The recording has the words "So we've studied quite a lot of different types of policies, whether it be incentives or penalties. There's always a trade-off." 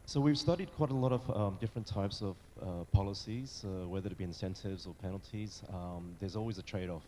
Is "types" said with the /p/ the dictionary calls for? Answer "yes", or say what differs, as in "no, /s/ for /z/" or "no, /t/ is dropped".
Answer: yes